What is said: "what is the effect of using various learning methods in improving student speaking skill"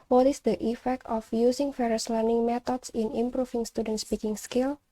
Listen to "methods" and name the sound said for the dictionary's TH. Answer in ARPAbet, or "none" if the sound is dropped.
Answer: T